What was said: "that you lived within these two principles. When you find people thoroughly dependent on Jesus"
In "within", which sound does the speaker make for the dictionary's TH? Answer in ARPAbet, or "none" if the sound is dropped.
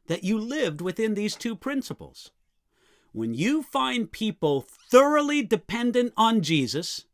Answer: TH